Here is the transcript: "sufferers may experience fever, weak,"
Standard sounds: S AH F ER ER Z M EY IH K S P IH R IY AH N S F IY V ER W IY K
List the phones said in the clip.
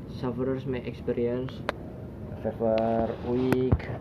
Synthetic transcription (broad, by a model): S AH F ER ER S M EY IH K S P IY R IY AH N S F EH F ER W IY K